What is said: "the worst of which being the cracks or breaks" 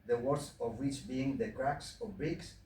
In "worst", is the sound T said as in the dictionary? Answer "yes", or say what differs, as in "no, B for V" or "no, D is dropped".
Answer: no, T is dropped